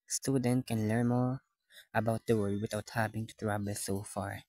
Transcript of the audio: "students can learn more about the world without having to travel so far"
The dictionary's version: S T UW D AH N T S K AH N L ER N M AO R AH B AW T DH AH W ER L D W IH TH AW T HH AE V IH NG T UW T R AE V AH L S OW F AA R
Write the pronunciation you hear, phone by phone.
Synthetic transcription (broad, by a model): S T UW D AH N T K AH N L ER N M AO R AH B AW T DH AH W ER D W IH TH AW T HH AE V IH NG T UW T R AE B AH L S OW F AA R